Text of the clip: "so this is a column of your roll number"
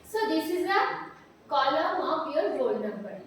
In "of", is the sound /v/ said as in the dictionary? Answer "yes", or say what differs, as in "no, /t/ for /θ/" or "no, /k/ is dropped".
no, /p/ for /v/